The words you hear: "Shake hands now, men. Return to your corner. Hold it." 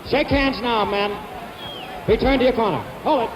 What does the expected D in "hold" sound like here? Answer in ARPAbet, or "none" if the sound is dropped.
none